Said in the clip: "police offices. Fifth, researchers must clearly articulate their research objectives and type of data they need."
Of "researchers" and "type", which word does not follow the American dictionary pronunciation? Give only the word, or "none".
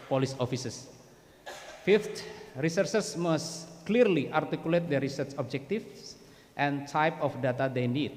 researchers